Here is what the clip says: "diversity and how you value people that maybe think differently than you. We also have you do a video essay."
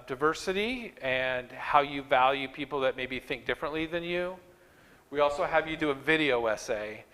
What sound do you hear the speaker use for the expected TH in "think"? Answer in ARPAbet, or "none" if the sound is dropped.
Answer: TH